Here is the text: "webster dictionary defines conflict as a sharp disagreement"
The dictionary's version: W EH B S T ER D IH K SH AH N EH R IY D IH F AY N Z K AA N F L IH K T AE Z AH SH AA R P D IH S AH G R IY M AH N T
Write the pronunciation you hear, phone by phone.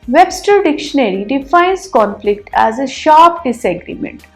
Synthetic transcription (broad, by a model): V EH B S T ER D IH K SH AH N EH R IY D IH F AY N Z K AA N F L IH K T AE Z AH SH AA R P D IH S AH G R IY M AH N T